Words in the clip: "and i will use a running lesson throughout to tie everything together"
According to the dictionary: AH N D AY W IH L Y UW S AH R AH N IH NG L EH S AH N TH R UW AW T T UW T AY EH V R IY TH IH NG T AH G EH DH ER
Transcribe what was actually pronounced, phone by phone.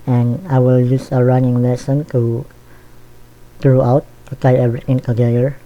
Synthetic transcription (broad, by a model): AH N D AY W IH L Y UW S AH R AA N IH NG L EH S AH N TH R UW AW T T UW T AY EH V R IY T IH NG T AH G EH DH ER